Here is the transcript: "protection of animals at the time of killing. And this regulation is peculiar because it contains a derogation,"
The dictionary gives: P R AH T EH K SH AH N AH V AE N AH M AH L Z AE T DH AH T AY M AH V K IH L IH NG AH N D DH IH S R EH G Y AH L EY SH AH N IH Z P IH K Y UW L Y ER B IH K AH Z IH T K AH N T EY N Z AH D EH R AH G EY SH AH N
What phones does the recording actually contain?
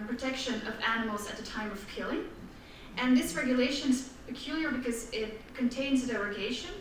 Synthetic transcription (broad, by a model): P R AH T EH K SH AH N AH V AE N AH M L Z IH T DH AH T AY M AH V K IH L IH NG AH N DH IH S R EH G Y AH L EY SH AH N IH Z P IH K Y UW L Y ER B IH K AH Z IH T K AH N T EY N Z AH D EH R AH G EY SH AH N